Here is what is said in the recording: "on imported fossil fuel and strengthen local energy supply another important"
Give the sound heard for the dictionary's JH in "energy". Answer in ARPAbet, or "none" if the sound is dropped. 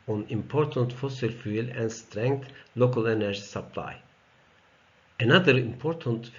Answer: SH